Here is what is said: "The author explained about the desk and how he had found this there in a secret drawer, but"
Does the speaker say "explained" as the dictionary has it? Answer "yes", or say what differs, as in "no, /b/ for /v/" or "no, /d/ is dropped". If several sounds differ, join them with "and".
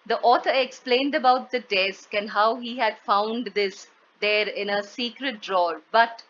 yes